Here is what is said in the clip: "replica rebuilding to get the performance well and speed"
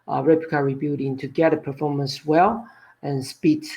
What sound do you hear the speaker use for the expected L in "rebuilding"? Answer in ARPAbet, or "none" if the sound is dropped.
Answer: none